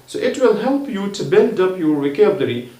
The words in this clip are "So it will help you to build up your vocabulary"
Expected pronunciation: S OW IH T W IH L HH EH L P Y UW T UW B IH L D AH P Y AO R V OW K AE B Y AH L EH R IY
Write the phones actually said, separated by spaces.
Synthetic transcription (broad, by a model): S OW IH T W IH L HH EH L P Y UW T UW B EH N D AH P Y AO R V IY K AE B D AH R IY